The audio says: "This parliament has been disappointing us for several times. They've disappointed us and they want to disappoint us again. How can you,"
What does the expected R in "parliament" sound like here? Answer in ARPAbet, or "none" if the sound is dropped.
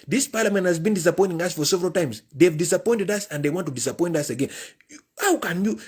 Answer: R